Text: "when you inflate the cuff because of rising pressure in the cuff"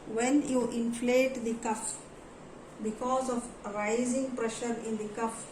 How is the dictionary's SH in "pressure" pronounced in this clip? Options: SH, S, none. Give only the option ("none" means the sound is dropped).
SH